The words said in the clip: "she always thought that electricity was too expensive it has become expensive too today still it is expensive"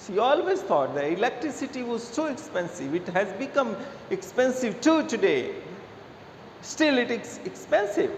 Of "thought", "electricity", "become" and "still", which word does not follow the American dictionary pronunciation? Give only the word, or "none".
thought